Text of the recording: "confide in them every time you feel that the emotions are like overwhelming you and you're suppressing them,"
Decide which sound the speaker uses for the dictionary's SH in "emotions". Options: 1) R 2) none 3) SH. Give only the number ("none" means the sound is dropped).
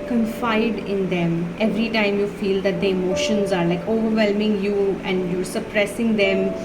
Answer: 3